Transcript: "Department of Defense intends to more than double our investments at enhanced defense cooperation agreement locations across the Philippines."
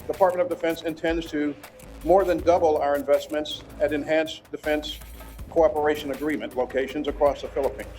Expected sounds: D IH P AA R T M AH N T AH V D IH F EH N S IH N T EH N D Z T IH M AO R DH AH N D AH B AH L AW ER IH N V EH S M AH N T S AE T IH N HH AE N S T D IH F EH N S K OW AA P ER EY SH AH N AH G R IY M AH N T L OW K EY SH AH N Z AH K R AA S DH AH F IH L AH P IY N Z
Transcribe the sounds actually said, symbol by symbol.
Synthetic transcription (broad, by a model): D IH P AA R T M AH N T AH V D IH F EH N S IH N T EH N D Z T IH M AO R DH AH N D AH B L AW ER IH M V EH S M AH N T S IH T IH N HH AE N S D IH F EH N S K OW AA P ER EY SH AH N AH G R IY M AH N T L OW K EY SH AH N Z AH K R AA S DH AH F IH L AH P IY N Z